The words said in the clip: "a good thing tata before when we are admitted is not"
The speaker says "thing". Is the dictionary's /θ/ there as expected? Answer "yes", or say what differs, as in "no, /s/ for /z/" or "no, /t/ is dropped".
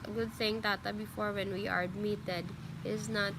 no, /s/ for /θ/